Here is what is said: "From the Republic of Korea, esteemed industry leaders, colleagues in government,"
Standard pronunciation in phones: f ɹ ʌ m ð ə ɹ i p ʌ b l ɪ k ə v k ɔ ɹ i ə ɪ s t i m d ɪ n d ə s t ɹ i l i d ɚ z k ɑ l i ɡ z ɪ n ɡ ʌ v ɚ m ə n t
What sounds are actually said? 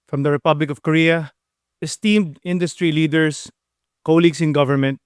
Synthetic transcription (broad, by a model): f ɹ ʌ m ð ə ɹ i p ʌ b l ɪ k ə v k ɔ ɹ i ə ɪ s t i m d ɪ n d ə s t ɹ i l i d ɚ s k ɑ l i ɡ s ɪ n ɡ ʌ v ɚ m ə n t